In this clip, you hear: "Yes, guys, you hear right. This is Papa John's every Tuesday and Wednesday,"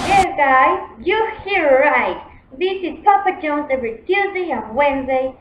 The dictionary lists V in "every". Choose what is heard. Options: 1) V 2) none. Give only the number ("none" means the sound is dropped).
2